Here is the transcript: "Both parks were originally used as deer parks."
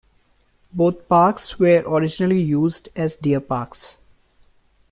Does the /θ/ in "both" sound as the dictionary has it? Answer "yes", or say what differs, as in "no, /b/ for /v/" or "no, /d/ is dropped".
no, /t/ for /θ/